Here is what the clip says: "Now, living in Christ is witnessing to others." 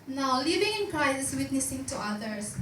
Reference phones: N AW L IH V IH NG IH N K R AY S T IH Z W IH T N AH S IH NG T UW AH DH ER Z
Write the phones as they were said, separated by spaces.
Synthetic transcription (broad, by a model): N AW L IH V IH NG IH N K R AY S IH S W IH T N AH S IH NG T UW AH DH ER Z